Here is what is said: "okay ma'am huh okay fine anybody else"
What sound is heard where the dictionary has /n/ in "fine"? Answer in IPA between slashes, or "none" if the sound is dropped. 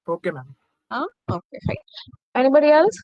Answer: none